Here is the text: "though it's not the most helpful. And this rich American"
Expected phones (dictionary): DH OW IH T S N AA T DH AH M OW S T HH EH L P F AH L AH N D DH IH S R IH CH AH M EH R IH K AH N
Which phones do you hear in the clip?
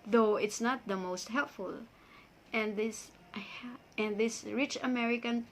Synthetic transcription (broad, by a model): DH OW IH T S N AA T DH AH M OW S T HH EH L P F AH L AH N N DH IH S R IH CH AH M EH R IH K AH N